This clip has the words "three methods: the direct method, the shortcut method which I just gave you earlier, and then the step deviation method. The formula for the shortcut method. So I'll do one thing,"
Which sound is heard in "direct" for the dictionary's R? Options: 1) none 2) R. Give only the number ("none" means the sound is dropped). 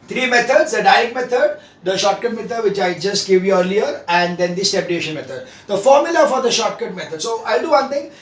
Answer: 1